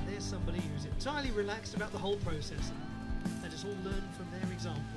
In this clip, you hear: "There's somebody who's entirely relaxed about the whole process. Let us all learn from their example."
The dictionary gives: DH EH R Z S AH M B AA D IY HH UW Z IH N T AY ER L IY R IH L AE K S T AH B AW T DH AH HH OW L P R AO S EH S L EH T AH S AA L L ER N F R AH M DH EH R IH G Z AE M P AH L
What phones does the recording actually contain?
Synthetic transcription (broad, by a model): DH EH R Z S AH M B AA D IY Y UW Z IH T T AY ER L IY R IH L AE K S T AH B AW T DH AH HH OW L P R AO S EH S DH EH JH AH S AA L L ER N F R AH M DH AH R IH G Z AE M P